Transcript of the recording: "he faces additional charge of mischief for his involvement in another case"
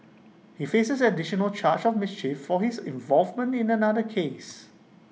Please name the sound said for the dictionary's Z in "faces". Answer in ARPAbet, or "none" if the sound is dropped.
S